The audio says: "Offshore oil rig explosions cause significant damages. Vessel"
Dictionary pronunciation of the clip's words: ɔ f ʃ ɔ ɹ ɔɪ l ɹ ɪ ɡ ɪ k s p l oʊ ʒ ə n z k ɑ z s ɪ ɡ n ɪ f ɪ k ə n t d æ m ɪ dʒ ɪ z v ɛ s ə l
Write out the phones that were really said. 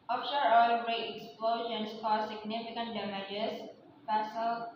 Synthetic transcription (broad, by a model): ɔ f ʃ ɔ ɹ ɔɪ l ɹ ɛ ɪ k s p l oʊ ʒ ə n s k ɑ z s ɪ ɡ n ɪ f ɪ k ə n t d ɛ m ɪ dʒ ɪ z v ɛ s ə l